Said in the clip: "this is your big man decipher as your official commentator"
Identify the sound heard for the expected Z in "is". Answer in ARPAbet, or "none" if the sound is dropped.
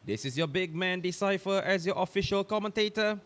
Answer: S